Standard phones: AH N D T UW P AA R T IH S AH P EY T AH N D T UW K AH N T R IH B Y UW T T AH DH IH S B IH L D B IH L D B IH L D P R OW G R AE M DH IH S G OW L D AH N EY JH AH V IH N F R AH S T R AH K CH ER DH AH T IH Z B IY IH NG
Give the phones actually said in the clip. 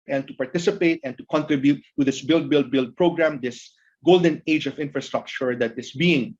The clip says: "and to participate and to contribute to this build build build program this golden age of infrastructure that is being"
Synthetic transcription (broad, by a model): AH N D T UW P AA R T IH S AH P EY T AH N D T UW K AH N T R IH B Y UW T T AH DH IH S B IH L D B IH L D B IH L D P R OW G R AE M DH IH S G OW L D AH N EY JH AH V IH N F R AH S T R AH K CH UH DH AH T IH S B IY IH NG